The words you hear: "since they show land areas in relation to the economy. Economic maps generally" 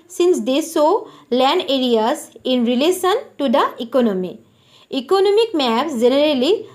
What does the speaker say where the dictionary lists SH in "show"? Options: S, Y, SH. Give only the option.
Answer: S